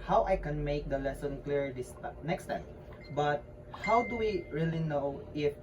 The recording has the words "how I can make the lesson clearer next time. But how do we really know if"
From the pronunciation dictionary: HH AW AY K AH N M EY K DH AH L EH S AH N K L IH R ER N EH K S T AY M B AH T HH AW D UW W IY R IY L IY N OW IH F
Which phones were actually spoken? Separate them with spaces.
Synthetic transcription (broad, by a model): HH AW AY K AH N M EY K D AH L EH S AH N K L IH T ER N EH K S T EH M B AH T HH AW D UW W IY R IY L IY N OW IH F